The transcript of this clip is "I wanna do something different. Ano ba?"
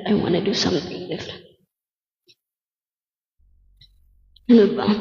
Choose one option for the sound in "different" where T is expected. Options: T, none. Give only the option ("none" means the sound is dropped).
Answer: none